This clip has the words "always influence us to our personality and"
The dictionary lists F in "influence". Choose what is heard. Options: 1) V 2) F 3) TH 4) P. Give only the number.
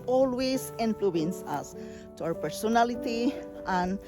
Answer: 4